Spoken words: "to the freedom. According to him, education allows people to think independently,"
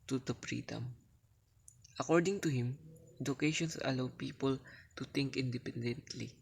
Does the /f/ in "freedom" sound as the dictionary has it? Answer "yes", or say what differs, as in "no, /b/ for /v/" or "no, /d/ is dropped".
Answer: no, /p/ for /f/